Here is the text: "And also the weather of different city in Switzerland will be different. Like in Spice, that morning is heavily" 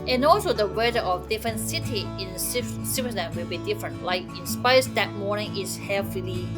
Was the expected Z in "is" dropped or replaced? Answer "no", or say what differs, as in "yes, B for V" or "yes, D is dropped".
yes, S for Z